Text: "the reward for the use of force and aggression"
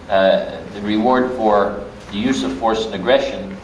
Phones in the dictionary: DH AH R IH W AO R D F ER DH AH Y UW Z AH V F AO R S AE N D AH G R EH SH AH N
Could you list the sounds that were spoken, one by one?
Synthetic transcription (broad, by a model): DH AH R IH W AO R D F ER DH AH Y UW Z AH V F AO R S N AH G R EH SH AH N